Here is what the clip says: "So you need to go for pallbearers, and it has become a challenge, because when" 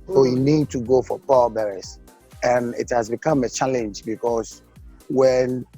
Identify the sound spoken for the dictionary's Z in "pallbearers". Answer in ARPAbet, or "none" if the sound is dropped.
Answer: S